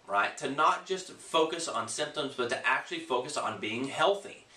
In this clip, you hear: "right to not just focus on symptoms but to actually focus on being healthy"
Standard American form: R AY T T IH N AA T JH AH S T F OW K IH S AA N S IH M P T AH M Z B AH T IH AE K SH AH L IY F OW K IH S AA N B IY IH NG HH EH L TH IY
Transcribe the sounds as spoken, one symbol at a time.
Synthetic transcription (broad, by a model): R AY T T IH N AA T JH AH S T F OW K IH S N S IH M P T AH M Z B AH T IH AE K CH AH L IY F OW K IH S N B IY IH NG HH EH L TH IY